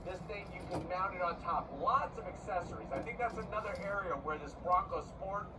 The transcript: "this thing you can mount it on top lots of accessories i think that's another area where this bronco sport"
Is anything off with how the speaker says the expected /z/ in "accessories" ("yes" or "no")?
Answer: no